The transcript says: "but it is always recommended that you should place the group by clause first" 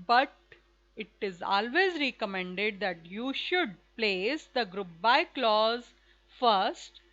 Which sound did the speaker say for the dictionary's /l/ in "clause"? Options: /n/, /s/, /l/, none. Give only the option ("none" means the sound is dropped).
/l/